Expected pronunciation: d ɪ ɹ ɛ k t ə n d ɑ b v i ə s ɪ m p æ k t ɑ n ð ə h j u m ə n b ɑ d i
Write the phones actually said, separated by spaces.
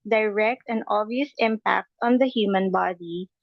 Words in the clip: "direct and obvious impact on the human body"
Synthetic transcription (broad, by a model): d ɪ ɹ ɛ k t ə n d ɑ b i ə s ɪ m p æ k t ɑ n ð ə h j u m ə n b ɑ d i